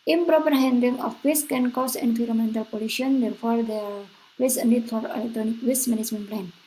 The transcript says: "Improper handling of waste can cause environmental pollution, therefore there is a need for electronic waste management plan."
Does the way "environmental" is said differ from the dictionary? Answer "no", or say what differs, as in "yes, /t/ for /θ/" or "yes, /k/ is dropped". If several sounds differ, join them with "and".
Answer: yes, /f/ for /v/ and /n/ is dropped